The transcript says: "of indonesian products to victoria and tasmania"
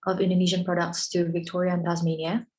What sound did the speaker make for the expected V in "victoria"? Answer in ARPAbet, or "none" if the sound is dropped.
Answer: V